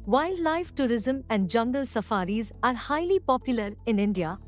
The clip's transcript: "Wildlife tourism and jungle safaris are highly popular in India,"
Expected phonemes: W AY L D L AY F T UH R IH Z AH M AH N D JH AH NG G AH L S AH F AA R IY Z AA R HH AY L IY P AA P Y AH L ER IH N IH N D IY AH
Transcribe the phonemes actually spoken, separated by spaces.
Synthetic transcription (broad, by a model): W AY L D L AY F T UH R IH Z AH M AH N D JH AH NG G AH L S AH F AA R IY Z AA R HH AY L IY P AA P Y AH L ER IH N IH N D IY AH